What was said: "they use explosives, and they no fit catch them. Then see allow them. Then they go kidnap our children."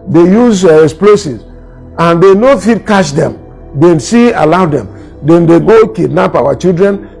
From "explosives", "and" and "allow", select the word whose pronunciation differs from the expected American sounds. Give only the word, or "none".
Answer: explosives